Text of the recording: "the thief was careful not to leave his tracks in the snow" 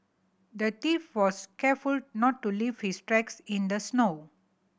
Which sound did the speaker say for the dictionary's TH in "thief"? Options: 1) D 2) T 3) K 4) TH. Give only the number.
2